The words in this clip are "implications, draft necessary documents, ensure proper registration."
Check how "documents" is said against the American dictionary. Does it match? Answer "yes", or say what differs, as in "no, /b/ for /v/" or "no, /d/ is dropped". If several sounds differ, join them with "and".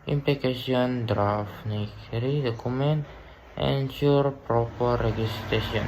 no, /s/ is dropped